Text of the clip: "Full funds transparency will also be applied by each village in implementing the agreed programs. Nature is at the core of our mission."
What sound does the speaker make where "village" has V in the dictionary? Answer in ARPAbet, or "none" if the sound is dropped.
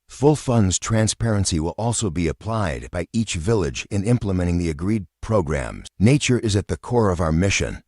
V